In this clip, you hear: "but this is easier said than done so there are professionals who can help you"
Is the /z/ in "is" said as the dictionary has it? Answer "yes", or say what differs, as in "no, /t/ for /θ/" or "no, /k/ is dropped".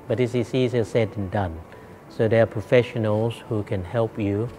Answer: no, /s/ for /z/